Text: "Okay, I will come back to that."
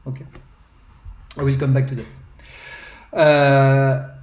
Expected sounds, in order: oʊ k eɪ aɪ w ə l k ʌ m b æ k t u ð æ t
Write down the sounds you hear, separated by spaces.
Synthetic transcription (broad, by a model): oʊ k eɪ aɪ w ə l k ʌ m b æ k t u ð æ t